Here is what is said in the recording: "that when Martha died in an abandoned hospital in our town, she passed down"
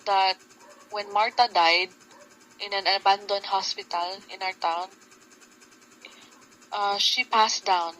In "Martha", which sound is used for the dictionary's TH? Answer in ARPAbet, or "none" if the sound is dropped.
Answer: T